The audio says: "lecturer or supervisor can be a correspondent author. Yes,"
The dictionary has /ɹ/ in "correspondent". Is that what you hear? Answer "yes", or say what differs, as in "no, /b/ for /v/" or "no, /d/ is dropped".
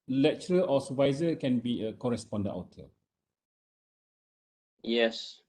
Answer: yes